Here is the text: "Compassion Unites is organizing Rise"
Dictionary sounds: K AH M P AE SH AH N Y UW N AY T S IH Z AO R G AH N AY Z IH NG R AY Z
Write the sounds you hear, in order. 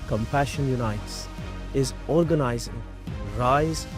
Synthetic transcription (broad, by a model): K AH M P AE SH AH N Y UW N AY T S IH Z AO R G AH N AY Z IH NG R AY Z